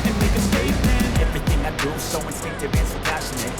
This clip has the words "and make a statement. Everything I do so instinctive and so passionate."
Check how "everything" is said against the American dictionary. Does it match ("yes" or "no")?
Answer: yes